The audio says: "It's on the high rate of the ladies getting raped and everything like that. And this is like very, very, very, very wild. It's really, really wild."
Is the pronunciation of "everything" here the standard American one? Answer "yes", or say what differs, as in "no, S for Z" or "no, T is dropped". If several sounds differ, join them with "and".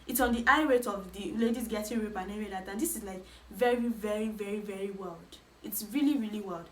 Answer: no, R is dropped